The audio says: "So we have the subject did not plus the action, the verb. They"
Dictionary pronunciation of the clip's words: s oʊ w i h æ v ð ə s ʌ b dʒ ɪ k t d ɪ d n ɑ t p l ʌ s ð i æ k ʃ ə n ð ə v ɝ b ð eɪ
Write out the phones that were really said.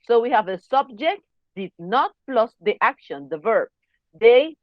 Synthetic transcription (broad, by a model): s oʊ w i h æ v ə s ʌ b dʒ ɪ k t d ɪ d n ɑ t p l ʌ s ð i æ k ʃ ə n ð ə v ɝ b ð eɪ